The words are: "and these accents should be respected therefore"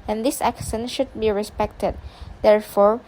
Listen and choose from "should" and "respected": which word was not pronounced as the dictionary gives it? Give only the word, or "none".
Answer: none